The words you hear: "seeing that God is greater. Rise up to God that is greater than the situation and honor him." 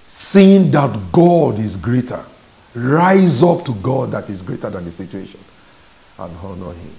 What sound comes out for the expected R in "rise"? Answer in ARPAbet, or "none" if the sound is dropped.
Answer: R